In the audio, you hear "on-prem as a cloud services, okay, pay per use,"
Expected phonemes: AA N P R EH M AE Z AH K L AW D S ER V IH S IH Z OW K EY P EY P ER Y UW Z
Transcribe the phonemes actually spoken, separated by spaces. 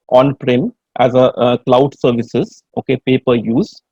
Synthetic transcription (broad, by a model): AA N P R EH M AE Z AH K L AW D S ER V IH S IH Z OW K EY P EY P ER Y UW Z